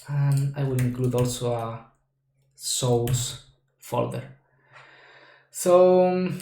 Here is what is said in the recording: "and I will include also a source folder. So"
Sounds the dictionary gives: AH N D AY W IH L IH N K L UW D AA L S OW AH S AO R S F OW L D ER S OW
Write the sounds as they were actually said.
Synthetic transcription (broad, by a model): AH N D AY W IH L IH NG K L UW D AA L S OW AH S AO L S F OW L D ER S OW